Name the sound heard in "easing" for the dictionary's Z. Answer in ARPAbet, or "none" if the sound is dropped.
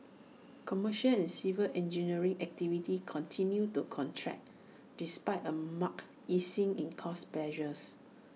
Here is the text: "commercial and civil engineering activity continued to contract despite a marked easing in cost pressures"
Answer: S